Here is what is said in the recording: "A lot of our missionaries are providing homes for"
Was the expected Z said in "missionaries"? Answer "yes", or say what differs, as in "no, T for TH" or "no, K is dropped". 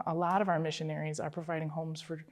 yes